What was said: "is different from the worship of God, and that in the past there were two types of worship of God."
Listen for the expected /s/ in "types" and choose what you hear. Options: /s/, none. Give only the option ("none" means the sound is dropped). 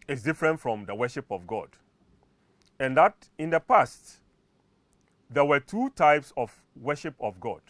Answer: /s/